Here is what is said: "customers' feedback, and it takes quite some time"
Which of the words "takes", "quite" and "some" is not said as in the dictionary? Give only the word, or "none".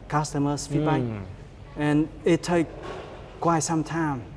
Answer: takes